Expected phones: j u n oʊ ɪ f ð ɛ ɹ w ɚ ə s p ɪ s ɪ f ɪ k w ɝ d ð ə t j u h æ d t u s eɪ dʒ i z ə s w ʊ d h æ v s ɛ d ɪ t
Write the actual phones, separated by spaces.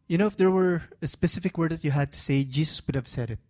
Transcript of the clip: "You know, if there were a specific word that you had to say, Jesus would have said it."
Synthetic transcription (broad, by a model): j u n oʊ ɪ f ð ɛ ɹ w ɚ ə s p ɪ s ɪ f ɪ k w ɝ d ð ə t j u h æ d t u s eɪ dʒ i s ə s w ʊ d h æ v s ɛ d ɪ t